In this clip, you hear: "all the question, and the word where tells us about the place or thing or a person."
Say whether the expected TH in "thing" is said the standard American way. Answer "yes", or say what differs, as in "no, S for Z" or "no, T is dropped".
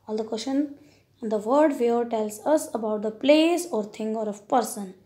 no, T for TH